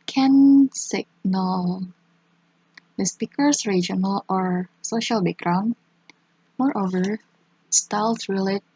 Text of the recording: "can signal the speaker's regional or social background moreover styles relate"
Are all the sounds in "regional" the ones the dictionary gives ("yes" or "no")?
yes